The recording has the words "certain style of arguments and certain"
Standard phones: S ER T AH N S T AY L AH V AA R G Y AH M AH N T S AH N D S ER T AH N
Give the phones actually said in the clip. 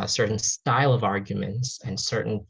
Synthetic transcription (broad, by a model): S ER T N S T AY L AH V AA R G Y AH M AH N T S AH N S ER T N